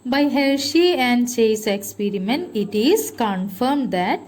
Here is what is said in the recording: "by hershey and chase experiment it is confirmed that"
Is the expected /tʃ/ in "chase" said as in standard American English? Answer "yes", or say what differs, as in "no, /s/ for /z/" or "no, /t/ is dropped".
yes